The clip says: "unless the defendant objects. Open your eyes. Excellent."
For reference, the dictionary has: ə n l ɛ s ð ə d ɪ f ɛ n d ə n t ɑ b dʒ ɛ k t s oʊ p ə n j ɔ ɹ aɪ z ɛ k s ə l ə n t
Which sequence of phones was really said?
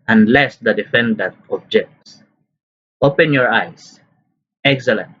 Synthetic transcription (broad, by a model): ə n l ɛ s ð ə d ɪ f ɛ n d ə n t ɑ b dʒ ɛ k t s oʊ p ə n j ɔ ɹ aɪ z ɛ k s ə l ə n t